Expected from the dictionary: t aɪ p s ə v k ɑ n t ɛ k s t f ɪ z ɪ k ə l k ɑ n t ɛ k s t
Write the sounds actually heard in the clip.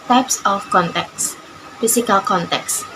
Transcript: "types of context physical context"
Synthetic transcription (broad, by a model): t aɪ p s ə f k ɑ n t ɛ k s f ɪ s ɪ k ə l k ɑ n t ɛ k s